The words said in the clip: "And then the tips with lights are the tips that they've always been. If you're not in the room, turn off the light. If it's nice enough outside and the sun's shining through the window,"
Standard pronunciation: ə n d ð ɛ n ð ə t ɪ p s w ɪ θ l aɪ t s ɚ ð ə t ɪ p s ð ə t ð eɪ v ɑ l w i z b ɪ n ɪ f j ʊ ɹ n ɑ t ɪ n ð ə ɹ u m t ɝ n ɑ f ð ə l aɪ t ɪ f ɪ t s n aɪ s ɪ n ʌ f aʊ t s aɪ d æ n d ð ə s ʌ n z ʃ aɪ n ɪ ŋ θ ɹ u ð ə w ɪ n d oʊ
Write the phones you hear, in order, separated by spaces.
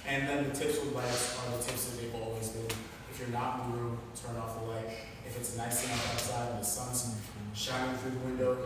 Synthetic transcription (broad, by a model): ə n ð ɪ n ð ə t ɪ p s w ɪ l aɪ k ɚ ð ə t ɪ p s ð ə t ð eɪ v ɑ l w i z b ɪ n ɪ f j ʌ ɹ n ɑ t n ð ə ɹ u m t ɝ n ɑ f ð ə l aɪ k ɪ f ɪ t s n aɪ s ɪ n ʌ aʊ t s aɪ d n ð ə s ʌ n z ʃ aɪ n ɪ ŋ θ ɹ u ð ə w ɪ n d oʊ